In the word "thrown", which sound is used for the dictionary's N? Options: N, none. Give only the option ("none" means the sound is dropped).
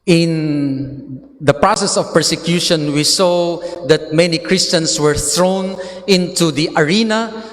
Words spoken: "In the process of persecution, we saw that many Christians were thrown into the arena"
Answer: N